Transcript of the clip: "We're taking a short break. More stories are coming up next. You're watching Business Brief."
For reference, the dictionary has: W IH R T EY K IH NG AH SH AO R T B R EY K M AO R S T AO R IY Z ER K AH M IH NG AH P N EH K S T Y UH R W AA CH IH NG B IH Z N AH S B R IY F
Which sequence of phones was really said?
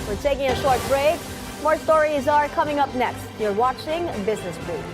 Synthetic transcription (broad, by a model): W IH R T EY K IH NG AH SH AO R T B R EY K M AO R S T AO R IY Z ER K AH M IH NG AH P N EH K S T Y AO R W AA CH IH NG B IH Z N AH S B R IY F